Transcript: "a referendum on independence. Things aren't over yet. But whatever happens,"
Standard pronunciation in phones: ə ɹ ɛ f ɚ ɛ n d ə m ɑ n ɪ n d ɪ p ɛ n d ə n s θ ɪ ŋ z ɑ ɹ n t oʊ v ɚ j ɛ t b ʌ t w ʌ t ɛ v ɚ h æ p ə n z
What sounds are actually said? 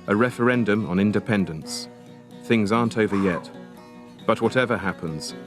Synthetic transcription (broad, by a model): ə ɹ ɛ f ɚ ɛ n d ə m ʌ n ɪ n d ɪ p ɛ n d ə n s θ ɪ ŋ z ɑ ɹ n t oʊ v ɚ j ɛ t b ʌ t w ʌ t ɛ v ɚ h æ p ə n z